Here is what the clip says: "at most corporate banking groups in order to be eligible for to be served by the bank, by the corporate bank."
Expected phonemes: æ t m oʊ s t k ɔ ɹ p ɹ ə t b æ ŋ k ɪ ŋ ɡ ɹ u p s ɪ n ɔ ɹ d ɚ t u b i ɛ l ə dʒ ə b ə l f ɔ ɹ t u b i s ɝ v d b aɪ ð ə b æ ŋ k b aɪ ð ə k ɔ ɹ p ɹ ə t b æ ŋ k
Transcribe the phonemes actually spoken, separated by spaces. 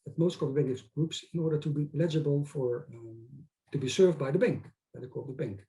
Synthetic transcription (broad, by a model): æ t m oʊ s t k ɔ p ə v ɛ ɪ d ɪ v ɡ ɹ u p s ɪ n ɔ ɹ d ɚ t u b i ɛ l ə dʒ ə b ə l f ɔ ɹ t u b i s ɝ v d b aɪ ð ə b æ ŋ k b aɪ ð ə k ɔ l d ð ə b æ ŋ k